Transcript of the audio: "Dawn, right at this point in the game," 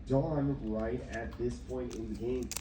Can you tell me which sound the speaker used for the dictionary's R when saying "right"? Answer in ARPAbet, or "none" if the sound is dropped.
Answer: R